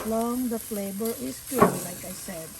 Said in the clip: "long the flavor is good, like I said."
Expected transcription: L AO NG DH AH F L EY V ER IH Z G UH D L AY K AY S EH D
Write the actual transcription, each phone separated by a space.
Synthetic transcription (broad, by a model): L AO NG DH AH F L EY B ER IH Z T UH L AY K AY S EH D